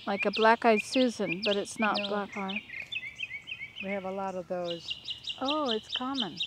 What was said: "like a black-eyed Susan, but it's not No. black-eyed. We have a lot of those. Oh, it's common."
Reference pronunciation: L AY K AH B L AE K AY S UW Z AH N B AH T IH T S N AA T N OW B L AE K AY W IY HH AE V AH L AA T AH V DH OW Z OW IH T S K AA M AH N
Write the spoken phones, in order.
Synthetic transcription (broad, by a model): L AY K AH B L AE K AY S UW Z AH N B AH T IH T S N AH T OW B L AE K AY W IY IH V AH L AA T AH V DH OW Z OW IH T S K AA M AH N